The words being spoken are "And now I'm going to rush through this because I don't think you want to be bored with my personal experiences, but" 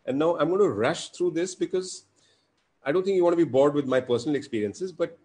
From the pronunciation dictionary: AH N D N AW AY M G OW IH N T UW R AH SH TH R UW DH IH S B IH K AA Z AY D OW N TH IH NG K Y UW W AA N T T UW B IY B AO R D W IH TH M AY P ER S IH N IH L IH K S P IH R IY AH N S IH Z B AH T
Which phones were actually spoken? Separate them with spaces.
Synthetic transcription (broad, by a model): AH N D N AW AY M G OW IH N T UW R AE SH T R UW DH IH S B IH K AA Z AY D OW N T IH NG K Y UW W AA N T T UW B IY B AO R D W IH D M AY P ER S IH N IH L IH K S P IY R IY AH N S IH Z B AH T